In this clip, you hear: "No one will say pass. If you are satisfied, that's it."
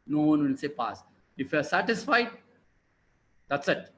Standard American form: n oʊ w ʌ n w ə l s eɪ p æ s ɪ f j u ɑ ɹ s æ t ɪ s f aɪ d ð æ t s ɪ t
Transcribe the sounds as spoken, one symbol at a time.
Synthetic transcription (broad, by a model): n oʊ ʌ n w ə n s eɪ p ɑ s ɪ f j u ɑ ɹ s æ t ɪ s f aɪ d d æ t s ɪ t